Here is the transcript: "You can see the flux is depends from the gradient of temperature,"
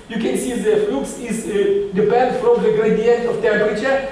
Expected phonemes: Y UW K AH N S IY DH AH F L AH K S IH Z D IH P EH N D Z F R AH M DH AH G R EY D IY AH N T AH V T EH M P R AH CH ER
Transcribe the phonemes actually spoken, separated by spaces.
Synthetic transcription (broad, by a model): Y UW K AH N S IY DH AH F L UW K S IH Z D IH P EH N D F R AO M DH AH G R EY D IY AH N T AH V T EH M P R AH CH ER